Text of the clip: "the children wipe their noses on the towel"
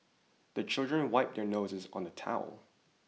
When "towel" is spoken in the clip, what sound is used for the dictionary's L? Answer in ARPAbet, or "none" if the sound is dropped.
L